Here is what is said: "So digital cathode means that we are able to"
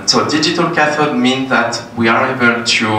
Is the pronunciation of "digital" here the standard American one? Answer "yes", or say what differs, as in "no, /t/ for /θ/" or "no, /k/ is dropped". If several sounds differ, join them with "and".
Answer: yes